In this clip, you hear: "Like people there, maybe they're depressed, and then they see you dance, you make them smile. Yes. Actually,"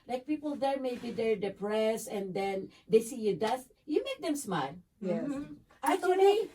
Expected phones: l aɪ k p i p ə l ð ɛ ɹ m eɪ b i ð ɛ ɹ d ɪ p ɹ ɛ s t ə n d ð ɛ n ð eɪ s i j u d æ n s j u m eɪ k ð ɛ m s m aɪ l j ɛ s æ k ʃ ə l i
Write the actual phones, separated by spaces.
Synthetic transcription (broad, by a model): l aɪ k p i p ə l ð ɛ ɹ m eɪ b i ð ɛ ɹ d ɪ p ɹ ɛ s ə n d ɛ n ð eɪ s i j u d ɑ s j u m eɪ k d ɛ m s m aɪ l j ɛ ɑ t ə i